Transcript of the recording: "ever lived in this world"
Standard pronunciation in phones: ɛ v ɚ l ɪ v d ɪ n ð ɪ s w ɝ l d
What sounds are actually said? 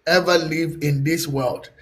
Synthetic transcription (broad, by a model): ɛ v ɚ l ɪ v ɪ n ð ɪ s w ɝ l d